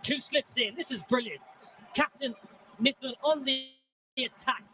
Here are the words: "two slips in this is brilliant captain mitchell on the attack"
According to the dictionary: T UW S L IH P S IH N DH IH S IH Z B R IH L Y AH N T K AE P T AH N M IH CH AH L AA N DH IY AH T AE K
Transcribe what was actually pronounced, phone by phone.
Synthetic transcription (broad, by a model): T UW S L IH P S IH N DH IH S IH Z B R IH L Y AH N T K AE P T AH N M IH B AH N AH N DH IY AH T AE K